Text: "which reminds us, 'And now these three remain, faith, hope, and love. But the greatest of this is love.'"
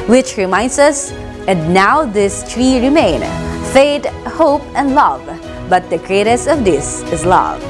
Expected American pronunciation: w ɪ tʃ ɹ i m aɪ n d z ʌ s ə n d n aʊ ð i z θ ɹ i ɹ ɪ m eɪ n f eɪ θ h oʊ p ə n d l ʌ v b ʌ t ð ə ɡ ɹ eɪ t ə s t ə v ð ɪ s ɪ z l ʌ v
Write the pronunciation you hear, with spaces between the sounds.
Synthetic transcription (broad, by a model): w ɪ tʃ ɹ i m aɪ n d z ʌ s ə n d n aʊ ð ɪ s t ɹ i ɹ ɪ m eɪ n f eɪ t h oʊ p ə n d l ʌ v b ʌ t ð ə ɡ ɹ eɪ t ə s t ə v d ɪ s ɪ z l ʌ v